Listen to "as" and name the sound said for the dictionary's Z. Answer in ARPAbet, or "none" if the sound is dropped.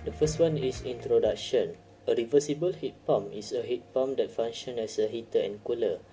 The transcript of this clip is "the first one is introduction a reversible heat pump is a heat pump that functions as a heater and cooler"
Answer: S